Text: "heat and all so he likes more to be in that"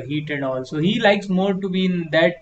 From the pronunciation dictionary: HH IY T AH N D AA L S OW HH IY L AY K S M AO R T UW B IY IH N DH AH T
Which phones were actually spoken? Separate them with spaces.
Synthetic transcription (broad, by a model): HH IY T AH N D AA L S OW HH IY L AY K S M AO R T UW B IY IH N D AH T